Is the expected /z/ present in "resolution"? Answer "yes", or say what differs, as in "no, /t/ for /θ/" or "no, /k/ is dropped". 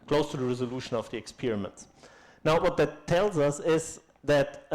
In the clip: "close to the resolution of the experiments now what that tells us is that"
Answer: yes